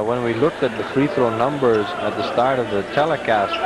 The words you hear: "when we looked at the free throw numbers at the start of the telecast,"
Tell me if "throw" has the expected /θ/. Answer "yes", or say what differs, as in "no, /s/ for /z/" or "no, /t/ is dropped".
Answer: yes